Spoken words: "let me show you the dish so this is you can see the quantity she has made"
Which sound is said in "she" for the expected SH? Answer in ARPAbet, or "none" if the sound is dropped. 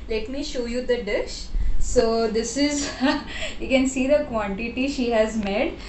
SH